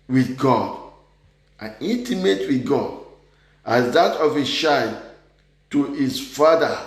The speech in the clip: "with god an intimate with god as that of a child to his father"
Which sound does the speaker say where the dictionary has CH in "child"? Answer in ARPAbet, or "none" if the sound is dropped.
SH